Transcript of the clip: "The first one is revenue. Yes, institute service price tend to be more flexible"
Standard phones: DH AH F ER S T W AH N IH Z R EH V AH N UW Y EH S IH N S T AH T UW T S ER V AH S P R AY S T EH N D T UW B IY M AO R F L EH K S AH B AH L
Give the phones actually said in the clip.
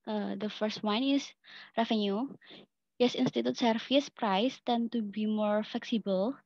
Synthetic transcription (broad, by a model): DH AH F ER S T W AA N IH S R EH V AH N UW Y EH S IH N S T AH T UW T S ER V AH S P R AY S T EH N T UW B IY M AO R F L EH K S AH B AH L